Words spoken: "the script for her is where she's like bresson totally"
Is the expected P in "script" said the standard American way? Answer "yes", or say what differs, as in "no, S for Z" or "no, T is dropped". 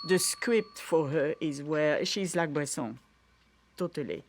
yes